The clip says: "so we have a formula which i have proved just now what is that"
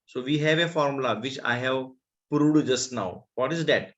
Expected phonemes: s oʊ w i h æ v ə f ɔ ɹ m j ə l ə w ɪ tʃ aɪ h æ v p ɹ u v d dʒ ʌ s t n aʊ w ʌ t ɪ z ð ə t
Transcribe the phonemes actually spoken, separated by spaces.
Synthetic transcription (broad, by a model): s oʊ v i h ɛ v ə f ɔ ɹ m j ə l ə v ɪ tʃ aɪ h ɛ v p ɹ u d dʒ ʌ s t n aʊ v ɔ t ɪ z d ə t